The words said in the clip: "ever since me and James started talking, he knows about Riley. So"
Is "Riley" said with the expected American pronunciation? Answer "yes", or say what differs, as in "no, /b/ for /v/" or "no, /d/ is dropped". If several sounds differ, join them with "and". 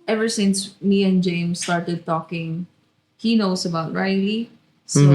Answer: no, /l/ is dropped